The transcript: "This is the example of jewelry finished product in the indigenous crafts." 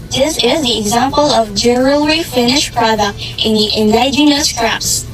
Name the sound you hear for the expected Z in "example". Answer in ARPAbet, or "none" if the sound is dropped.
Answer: Z